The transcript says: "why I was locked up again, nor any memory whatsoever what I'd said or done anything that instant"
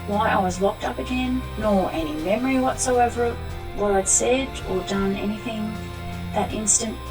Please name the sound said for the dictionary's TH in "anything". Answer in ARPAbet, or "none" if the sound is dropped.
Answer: TH